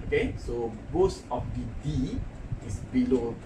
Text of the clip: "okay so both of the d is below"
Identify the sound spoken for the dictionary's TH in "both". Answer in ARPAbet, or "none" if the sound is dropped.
S